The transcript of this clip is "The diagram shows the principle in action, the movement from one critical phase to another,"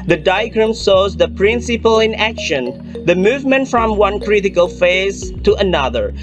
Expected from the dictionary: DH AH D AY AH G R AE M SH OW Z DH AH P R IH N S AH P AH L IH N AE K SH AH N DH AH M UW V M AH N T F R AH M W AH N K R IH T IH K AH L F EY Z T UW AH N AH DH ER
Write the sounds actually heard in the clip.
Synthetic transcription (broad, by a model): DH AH D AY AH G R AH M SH OW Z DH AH P R IH N S AH P AH L IH N AE K SH AH N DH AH M UW V M AH N T F R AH M W AH N K R IH T IH K AH L F EY Z T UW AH N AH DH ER